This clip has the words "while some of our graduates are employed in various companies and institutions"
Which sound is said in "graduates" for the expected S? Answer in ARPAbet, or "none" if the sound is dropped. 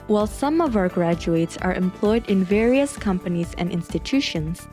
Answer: S